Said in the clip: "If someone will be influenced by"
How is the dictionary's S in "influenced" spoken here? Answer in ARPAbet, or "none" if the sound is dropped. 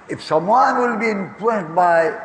none